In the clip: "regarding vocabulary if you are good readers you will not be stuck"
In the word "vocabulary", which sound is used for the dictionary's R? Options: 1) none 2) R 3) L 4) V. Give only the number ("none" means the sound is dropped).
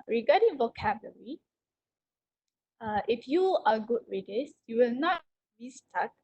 1